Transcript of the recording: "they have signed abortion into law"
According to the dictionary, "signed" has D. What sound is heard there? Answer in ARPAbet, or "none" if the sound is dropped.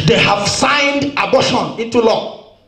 D